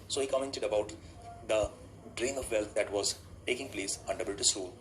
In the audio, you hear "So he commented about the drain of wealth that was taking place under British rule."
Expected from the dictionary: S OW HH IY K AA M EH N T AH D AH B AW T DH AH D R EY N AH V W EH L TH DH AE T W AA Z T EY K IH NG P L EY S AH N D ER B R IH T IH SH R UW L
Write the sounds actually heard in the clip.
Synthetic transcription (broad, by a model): S OW HH IY K AA M EH N T AH D AH B AW T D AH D R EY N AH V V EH L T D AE T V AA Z T EY K IH NG P L EY S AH N D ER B IH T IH S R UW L